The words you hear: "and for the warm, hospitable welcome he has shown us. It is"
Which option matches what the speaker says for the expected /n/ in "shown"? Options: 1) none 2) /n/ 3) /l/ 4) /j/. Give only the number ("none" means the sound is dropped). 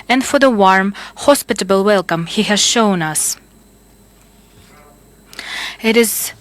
2